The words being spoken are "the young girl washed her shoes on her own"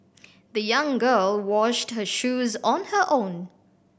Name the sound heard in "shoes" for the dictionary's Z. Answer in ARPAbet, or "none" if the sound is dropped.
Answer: Z